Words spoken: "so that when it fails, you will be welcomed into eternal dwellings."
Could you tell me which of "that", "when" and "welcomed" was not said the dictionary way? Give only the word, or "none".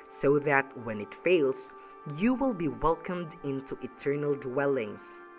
none